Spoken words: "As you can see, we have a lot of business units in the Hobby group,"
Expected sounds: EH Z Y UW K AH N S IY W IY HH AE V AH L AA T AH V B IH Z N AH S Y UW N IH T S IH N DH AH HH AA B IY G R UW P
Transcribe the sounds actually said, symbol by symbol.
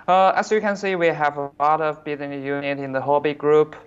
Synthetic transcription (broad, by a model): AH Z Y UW K AH N S IY W IY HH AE V AH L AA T AH V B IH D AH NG Y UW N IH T IH N DH AH HH AA B IY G R UW P